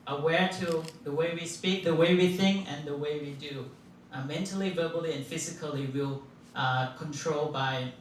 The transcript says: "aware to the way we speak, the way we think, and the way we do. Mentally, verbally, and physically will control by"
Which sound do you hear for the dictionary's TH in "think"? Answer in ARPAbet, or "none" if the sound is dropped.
TH